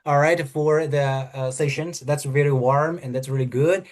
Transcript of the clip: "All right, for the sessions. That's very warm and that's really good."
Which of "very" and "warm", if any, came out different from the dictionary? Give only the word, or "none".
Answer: very